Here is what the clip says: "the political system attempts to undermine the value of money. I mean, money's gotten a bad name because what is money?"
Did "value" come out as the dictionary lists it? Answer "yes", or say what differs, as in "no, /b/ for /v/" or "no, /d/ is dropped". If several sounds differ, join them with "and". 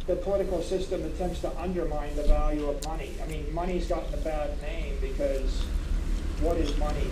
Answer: yes